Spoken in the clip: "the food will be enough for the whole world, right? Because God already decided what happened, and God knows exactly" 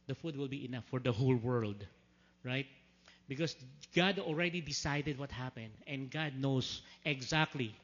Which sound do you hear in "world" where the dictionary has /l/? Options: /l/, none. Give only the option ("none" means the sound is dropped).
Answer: /l/